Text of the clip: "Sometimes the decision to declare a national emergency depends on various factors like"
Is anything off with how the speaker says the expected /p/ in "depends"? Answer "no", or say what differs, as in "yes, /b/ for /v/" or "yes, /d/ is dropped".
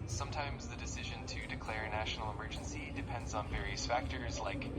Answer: no